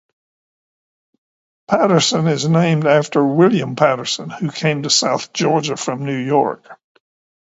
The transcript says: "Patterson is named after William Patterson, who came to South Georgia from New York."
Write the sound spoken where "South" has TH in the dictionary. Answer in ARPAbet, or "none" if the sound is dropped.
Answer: TH